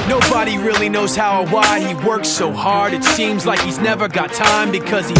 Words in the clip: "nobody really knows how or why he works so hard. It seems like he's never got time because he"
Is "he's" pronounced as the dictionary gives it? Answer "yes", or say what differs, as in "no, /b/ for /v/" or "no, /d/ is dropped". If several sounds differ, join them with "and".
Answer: yes